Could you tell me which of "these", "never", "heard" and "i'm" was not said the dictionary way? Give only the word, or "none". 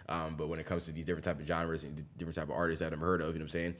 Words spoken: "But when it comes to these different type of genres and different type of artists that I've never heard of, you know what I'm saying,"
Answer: none